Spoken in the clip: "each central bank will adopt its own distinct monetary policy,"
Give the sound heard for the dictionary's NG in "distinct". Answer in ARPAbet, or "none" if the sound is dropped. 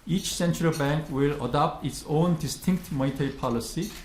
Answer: NG